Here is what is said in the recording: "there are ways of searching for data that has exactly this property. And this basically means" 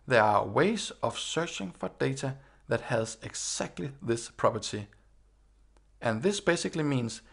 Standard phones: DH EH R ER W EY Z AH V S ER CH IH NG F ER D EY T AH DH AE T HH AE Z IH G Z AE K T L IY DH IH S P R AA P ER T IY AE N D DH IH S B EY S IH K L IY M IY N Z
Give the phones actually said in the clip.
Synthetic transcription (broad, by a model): DH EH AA W EY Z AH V S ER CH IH NG F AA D EY S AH DH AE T HH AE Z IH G S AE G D L IY DH IH S P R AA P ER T IY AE N DH IH S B EY S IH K L IY M IY N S